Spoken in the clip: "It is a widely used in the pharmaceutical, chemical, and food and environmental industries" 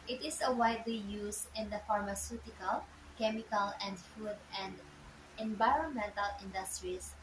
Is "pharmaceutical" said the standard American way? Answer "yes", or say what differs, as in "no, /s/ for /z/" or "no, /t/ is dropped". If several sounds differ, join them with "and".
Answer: yes